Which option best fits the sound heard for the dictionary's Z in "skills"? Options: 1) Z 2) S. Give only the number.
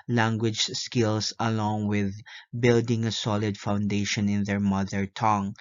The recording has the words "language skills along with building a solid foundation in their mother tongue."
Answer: 2